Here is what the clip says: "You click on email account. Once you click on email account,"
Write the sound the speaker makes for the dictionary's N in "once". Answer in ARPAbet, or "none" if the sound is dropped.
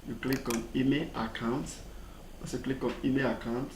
none